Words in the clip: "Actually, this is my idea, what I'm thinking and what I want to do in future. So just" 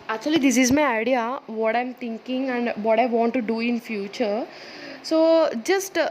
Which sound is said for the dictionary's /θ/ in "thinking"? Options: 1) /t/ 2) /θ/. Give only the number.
1